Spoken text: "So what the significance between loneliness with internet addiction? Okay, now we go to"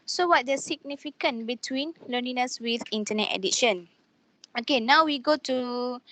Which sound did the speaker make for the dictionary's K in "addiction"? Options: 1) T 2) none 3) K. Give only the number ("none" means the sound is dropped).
2